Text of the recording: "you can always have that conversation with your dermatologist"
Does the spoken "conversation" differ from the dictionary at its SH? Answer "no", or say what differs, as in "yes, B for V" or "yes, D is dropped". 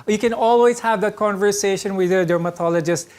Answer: no